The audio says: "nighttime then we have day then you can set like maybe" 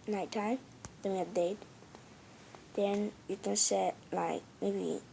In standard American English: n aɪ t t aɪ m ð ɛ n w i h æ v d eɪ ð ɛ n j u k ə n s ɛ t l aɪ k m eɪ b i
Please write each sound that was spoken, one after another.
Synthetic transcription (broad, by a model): n aɪ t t aɪ m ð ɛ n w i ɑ p d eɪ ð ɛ n j u k ə n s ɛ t l aɪ k m eɪ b i